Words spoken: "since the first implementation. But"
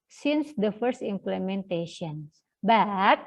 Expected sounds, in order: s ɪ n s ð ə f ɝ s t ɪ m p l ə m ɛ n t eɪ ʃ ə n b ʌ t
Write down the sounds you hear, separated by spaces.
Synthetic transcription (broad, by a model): s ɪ n s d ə f ɝ s t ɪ m p l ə m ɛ n t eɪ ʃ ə n b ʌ t